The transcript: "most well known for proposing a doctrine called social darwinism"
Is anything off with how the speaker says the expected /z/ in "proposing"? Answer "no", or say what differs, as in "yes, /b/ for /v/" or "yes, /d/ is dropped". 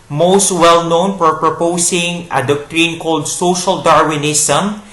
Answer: yes, /s/ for /z/